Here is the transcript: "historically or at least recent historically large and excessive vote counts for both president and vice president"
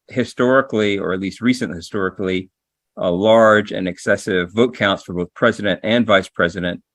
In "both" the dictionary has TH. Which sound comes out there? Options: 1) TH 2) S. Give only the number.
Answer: 1